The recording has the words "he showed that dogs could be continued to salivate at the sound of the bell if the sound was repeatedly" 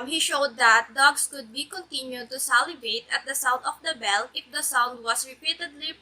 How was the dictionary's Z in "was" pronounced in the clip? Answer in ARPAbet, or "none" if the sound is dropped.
S